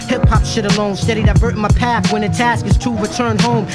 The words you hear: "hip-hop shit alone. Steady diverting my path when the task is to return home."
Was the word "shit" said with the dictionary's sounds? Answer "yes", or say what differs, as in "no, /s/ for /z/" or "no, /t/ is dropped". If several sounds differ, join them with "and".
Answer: yes